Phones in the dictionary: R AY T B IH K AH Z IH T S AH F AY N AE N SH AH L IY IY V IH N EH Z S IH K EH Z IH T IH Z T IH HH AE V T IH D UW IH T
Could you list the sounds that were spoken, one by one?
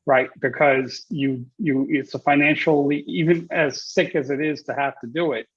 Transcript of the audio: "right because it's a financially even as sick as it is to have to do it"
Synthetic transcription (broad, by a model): R AY T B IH K AH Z IH T S AH F AY N AE N SH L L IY IY V IH N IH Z S IH K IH Z IH T IH Z T IH HH AE F T IH D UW IH T